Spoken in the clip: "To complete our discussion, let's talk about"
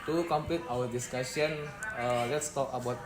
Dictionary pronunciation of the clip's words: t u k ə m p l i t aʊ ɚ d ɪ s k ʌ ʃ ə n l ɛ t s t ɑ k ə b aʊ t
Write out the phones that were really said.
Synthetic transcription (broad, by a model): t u k ə m p l i t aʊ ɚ d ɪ s k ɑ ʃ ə n l ɛ t s t ɑ k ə b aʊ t